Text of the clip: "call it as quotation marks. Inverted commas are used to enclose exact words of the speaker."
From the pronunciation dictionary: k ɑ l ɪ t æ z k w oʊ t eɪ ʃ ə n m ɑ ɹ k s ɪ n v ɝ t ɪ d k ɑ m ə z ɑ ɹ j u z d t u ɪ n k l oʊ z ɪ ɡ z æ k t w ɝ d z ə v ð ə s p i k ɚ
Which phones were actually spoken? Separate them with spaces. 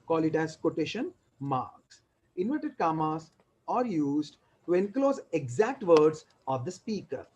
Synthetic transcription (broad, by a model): k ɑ l ɪ t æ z k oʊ t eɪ ʃ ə n m ɑ ɹ k s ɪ n v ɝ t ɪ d k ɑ m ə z ɑ ɹ j u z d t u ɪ n k l oʊ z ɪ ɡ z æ k t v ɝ d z ə v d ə s p i k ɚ